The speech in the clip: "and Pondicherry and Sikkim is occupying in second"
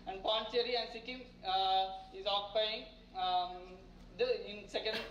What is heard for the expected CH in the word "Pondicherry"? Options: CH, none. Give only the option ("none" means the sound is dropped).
none